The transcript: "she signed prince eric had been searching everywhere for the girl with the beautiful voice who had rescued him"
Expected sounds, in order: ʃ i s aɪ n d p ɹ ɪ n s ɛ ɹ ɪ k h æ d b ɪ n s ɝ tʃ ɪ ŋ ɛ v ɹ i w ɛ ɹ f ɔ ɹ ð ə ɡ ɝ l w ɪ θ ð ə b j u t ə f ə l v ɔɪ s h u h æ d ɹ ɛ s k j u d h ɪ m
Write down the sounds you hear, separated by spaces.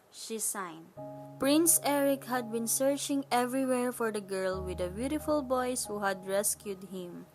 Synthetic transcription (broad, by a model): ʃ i s aɪ n d p ɹ ɪ n s ɛ ɹ ɪ k h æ d b ɪ n s ɝ tʃ ɪ ŋ ɛ v ɹ i w ɛ ɹ f ɔ ɹ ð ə ɡ ɝ l w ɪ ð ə b j u t ə f ə l b ɔɪ s h u h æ d ɹ ɛ s k j u d h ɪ m